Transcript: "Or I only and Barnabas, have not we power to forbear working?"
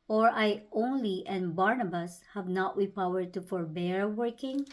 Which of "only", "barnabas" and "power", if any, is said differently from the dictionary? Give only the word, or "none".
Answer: none